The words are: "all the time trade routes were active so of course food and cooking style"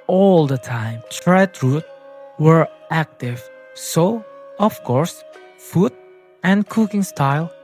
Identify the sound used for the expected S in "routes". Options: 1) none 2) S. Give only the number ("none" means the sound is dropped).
1